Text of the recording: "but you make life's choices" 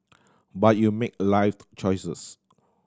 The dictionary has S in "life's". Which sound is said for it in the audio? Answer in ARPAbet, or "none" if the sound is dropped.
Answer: none